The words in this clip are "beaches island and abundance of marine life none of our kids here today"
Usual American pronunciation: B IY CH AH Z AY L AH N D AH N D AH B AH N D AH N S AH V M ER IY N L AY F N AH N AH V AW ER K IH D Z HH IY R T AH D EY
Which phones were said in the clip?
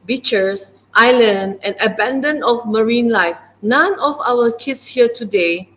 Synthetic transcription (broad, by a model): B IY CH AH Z AY L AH N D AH N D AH B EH N D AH N AH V M ER IY N L AY F N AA N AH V AW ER K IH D S HH IY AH T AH D EY